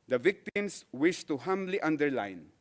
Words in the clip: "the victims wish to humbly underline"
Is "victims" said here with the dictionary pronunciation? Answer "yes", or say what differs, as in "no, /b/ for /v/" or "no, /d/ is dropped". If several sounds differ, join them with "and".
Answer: no, /s/ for /z/